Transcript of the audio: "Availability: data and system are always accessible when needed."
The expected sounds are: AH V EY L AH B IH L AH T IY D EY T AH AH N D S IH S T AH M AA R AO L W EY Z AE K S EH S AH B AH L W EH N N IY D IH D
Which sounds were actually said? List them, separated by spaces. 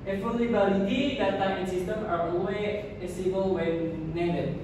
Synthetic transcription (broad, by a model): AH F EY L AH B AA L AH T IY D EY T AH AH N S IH S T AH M AA R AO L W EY AE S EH S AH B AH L W EH N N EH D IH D